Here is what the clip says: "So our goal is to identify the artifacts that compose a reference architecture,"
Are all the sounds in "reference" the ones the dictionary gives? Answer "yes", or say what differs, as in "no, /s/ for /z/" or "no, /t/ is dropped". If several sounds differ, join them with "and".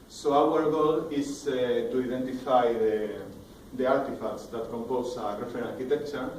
no, /s/ is dropped